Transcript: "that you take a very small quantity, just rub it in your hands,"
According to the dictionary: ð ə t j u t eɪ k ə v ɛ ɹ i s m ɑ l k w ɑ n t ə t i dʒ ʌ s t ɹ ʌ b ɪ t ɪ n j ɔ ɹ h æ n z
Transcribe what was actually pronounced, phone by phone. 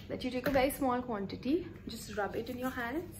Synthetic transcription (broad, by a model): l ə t j u t eɪ k ə v ɛ ɹ i s m ɑ l k w ɑ n t ə t i dʒ ʌ s t ɹ ʌ b ɪ t ɪ n j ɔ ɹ h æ n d